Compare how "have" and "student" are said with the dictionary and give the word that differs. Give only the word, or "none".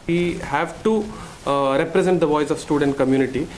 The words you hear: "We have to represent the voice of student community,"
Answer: none